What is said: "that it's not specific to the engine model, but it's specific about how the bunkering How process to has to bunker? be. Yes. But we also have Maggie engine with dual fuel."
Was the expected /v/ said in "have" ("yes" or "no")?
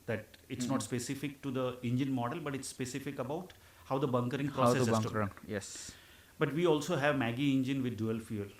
yes